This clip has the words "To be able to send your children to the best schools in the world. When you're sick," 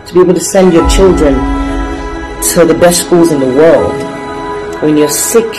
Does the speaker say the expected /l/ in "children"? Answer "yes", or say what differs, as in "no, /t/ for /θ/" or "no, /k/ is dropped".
yes